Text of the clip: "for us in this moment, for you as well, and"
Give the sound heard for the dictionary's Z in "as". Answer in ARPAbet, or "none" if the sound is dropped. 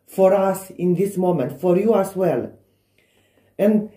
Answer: S